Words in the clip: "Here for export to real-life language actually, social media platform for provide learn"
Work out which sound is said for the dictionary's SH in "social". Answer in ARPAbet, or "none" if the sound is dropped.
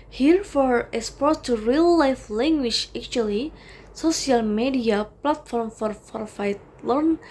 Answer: S